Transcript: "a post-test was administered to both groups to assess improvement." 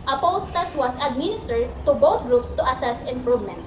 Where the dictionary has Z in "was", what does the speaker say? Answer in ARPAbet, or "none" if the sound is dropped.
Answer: S